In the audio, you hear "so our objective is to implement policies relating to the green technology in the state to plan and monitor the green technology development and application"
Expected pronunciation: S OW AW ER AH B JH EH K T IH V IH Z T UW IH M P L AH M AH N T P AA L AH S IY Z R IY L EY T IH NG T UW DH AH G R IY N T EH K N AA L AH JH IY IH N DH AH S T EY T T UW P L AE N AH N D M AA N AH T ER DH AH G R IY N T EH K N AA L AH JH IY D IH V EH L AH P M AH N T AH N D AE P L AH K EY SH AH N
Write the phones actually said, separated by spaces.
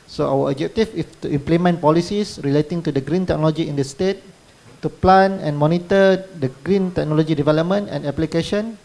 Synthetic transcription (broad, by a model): S OW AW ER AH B JH EH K T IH F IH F T UW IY M P L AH M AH N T P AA L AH S IY S R IY L EY T IH NG T UW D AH G R IY N T EH K N AA L AH JH IY IH N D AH S T EY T T UW P L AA N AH N M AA N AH T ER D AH G R IY N T EH K N AA L AH JH IY D IH V EH L AH P M AH N T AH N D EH P L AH K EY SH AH N